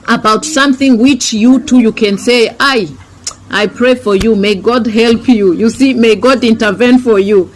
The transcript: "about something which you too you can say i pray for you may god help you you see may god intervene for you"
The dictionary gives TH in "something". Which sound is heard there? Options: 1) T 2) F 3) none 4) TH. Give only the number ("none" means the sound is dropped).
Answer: 4